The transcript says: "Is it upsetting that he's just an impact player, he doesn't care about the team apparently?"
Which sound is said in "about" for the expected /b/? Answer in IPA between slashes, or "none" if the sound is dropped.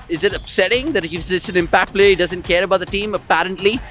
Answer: /b/